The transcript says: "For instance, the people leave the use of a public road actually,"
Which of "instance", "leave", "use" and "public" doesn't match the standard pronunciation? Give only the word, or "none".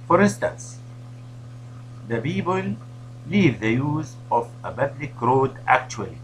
public